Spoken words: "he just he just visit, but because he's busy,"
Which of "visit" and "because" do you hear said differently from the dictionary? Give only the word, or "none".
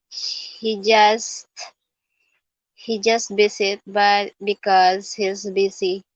visit